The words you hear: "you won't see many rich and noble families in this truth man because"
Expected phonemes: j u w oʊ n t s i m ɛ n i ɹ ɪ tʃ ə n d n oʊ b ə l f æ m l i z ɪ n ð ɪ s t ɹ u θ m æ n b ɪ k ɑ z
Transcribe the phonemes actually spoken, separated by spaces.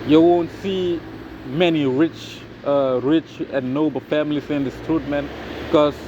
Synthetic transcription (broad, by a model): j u w oʊ n t s i m ɛ n i ɹ ɪ tʃ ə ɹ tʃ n oʊ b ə f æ m l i s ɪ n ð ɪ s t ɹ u t m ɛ n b k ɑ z